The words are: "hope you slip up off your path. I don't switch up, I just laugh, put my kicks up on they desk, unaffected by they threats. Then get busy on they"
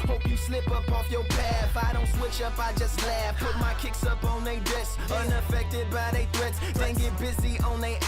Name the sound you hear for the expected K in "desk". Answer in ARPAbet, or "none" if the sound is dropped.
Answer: none